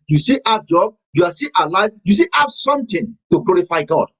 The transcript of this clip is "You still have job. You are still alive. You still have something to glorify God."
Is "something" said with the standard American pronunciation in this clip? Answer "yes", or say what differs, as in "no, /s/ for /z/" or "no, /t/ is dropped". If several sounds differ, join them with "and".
no, /t/ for /θ/